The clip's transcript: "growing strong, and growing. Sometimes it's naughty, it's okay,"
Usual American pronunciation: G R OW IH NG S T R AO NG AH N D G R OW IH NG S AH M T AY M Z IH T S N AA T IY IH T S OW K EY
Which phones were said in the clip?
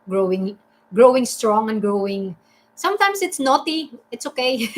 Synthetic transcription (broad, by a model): G R OW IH NG S T R AO NG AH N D G R OW IH NG S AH M T AY M S IH T S N AA T IY IH T S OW K EY